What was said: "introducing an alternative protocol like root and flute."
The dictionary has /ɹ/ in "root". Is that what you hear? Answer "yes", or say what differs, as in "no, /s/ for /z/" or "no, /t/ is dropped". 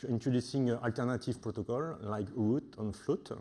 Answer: no, /w/ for /ɹ/